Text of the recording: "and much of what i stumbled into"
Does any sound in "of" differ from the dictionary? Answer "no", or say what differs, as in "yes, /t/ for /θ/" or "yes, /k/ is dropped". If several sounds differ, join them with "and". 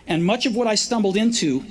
no